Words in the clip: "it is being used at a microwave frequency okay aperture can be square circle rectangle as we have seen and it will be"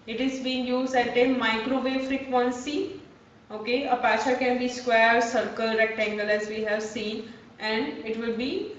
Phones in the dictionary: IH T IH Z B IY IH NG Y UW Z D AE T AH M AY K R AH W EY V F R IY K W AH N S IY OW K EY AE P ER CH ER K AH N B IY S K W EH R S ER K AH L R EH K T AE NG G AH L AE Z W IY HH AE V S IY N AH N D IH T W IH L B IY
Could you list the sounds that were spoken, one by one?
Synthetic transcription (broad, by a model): IH T IH Z B IY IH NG Y UW Z D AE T AH M AY K R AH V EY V F R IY K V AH N S IY OW K EY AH P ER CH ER K AH N B IY S K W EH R S ER K AH L R EH K T AE NG G AH L AE Z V IY HH AE V S IY N AH N D IH T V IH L B IY